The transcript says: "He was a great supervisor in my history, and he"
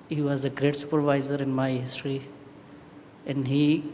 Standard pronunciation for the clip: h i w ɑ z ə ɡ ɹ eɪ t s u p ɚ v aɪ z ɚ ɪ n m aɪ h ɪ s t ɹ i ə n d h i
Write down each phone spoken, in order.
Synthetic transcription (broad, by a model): h i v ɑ z ə ɡ ɹ eɪ t s u p ɚ v aɪ z ɚ ɪ n m aɪ h ɪ s t ɹ i ə n d h i